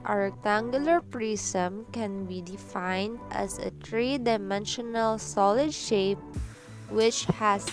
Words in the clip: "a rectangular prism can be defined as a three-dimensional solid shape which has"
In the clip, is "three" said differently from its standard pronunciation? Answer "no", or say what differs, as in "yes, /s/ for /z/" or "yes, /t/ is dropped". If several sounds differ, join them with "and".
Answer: yes, /t/ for /θ/